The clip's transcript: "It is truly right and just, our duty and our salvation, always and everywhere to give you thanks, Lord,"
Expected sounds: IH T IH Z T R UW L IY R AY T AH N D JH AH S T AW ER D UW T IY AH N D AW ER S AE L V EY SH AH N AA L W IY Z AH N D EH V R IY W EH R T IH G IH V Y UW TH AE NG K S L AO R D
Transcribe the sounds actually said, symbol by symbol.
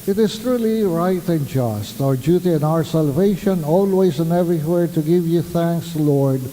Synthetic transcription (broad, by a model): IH T IH Z T R UW L IY R AY T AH N JH AH S T AW ER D UW T IY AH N AW ER S AE L V EY SH AH N AA L W IY Z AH N EH V R IY W EH R T IH G IH V Y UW TH AE NG K S L AO R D